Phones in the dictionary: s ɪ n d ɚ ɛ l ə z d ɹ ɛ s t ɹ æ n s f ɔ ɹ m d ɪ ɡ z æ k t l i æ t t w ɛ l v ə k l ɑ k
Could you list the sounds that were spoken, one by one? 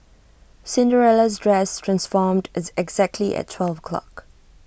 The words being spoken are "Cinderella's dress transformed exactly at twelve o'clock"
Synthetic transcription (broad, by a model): s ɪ n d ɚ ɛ l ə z d ɹ ɛ s t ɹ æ n s f ɔ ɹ m d ɪ ɡ z æ k t l i t t w ɛ l v ə k l ɑ k